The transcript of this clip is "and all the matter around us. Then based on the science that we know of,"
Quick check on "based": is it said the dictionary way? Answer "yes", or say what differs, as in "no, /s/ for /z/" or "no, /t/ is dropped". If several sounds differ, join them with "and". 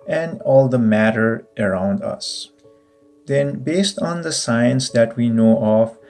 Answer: yes